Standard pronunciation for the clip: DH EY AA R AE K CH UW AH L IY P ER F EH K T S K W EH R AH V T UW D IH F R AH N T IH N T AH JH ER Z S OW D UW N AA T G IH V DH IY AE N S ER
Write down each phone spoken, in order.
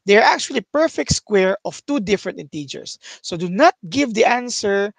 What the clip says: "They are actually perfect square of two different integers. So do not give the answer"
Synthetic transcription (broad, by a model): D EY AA R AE K CH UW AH L IY P ER F EH K T S K W EH R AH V T UW D IH F R AH N T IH N T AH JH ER S OW D UW N AA T G IH V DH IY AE N S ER